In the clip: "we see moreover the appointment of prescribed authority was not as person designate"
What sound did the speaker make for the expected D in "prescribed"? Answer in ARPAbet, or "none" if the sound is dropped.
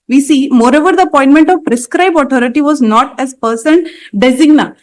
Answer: none